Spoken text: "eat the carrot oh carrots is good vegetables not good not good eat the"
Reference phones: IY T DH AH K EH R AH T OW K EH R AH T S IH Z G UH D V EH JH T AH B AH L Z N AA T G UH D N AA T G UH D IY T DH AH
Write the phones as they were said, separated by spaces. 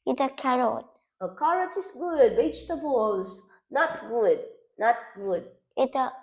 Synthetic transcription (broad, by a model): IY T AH K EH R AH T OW K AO R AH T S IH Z G UH D B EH CH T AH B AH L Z N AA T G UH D N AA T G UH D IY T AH